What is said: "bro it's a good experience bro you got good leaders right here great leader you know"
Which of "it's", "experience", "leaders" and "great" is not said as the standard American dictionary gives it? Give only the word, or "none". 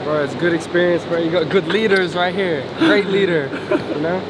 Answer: none